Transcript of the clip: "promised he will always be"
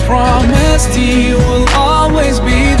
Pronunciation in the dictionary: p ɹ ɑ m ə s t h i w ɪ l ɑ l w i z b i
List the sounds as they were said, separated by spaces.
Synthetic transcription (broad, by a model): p ɹ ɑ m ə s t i w ɪ l ɑ l w i z b i